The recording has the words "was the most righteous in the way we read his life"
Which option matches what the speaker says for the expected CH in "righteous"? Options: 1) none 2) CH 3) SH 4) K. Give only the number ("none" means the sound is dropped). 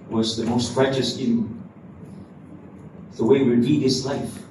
3